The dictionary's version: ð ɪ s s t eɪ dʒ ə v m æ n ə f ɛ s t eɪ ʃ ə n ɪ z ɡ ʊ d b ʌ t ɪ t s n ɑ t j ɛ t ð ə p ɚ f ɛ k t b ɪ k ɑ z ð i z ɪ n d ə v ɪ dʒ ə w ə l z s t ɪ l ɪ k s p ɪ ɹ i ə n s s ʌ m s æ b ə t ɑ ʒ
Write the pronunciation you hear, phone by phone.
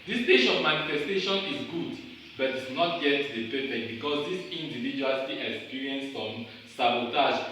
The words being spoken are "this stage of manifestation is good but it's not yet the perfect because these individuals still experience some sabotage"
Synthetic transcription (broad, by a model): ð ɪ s s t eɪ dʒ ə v m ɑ n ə f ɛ s t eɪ ʃ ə n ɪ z ɡ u d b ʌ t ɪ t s n ɑ t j ɛ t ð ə p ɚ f ɛ k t b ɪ k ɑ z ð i s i n d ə v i dʒ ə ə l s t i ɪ k s p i ɹ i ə n s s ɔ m s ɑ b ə t ɑ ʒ